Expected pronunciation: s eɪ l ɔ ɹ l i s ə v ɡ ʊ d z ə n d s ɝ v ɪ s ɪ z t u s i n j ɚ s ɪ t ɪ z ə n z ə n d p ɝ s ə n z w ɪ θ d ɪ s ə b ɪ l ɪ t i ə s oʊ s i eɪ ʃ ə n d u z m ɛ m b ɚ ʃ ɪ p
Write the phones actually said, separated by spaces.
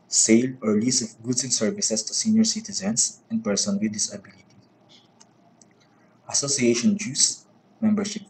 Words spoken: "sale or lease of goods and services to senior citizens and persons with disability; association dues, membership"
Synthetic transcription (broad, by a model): s eɪ l ɔ ɹ l i s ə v ɡ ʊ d s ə n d s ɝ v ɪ s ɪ s t u s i n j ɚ s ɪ t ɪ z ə n s ə n d p ɝ s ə n w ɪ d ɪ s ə b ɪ l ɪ t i ə s oʊ s i eɪ ʃ ə n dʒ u s m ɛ m b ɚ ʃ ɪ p